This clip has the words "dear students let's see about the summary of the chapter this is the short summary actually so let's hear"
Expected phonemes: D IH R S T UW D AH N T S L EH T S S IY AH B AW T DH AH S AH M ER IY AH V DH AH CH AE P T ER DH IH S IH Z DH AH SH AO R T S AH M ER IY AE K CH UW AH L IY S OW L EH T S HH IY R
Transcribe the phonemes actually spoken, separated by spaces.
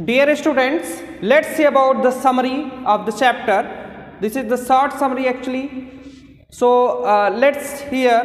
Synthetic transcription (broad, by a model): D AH R S T UW D AH N T S L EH T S S IY AH B AW T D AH S AH M ER IY AH V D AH CH AE P T ER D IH S IH Z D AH S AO R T S AH M ER IY AE K CH UW AH L IY S OW L EH T S HH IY R